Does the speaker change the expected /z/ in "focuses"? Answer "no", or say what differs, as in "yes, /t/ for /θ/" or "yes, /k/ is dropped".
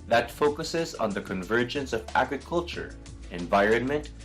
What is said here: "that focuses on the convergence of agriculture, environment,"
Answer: no